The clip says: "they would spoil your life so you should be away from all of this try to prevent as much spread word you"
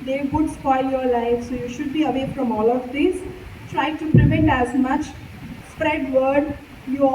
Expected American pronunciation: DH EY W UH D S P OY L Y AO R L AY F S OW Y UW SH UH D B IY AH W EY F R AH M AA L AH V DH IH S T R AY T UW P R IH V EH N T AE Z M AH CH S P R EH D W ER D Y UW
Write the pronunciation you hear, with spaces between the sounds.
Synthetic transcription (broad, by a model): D EY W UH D S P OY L Y AO R L AY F S OW Y UW SH UH D B IY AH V EY F R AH M AA L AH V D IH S T R AY T UW P R IH V EH N T AE Z M AH CH S P R EH D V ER D Y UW